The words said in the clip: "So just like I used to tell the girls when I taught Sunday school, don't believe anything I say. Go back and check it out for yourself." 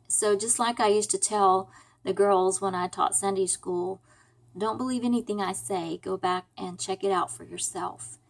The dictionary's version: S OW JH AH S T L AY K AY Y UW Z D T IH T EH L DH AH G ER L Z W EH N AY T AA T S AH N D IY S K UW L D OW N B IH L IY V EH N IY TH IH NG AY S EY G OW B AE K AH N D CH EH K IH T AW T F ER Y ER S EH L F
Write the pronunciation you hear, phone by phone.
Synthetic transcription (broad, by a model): S OW JH AH S T L AY K AY Y UW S T IH T EH L DH AH G ER L Z W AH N AY T AA T S AH N D IY S K UW L D OW N B IH L IY V EH N IY TH IH NG AY S EY G OW B AE K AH N CH EH K IH T AW T F ER Y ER S EH L F